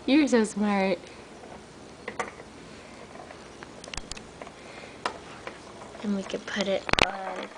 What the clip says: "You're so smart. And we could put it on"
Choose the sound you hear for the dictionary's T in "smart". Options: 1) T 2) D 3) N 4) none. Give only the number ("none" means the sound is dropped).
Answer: 1